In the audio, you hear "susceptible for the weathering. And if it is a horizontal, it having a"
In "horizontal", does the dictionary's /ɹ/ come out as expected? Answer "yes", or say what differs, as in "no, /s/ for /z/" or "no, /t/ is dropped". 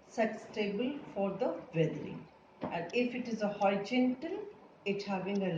no, /ɹ/ is dropped